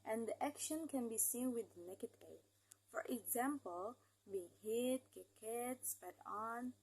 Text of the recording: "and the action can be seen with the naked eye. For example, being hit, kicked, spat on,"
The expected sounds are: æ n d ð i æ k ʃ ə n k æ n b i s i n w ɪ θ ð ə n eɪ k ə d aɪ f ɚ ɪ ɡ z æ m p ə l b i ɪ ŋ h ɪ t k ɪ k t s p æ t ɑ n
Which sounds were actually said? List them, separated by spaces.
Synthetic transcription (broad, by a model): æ n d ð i æ k ʃ ə n k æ n b i s i n w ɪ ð n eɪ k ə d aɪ f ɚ ɪ ɡ z æ m p ə l b i ɪ ŋ h ɪ t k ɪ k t s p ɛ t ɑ n